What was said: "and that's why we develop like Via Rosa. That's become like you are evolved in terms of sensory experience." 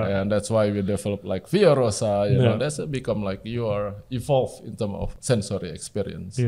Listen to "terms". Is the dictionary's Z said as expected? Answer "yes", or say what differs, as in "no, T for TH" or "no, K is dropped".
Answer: no, Z is dropped